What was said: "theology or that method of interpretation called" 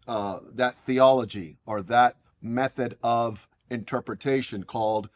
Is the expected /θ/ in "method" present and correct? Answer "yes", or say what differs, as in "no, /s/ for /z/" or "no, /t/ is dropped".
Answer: yes